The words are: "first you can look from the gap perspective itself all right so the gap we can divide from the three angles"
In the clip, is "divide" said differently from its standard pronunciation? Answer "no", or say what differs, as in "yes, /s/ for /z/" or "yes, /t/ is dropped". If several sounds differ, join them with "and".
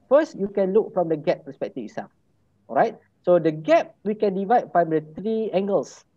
no